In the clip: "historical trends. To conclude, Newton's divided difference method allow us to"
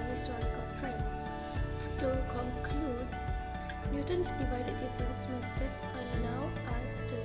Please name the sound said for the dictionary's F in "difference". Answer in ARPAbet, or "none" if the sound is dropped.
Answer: P